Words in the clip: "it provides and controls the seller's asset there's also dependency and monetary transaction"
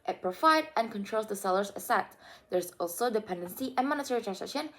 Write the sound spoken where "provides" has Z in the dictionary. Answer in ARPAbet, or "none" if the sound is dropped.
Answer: none